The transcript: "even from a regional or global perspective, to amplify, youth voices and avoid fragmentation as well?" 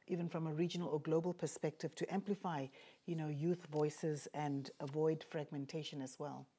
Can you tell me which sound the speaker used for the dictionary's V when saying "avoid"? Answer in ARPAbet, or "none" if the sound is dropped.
V